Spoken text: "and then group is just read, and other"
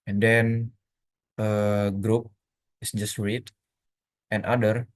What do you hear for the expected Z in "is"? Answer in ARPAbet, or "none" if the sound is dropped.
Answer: S